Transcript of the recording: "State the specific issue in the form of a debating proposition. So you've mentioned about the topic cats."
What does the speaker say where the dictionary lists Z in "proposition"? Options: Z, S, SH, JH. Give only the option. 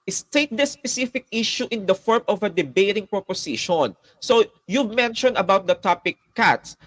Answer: S